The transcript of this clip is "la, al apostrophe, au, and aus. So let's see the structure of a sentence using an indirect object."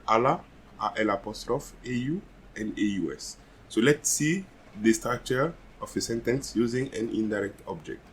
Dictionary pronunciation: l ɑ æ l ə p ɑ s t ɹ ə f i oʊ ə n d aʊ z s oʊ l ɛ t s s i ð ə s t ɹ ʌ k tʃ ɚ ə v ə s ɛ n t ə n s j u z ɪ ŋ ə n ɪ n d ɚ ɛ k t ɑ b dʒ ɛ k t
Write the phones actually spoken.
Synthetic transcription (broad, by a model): l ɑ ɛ l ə p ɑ s t ɹ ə f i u ə n d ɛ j s oʊ l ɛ t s s i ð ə s t ɑ tʃ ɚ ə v ə s ɛ n t ə n s j u z ɪ ŋ ə n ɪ n d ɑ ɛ k t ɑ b dʒ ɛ k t